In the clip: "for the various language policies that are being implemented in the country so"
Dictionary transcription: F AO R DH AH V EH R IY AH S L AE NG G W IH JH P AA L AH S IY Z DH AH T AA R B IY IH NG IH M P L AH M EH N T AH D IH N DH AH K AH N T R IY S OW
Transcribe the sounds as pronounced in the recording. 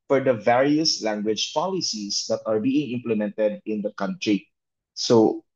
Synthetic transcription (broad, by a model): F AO R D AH V EH R IY AH S L AE NG G W IH JH P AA L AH S IY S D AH T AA R B IY IH NG IH M P L AH M EH N T AH D IH N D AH K AH N T R IY S OW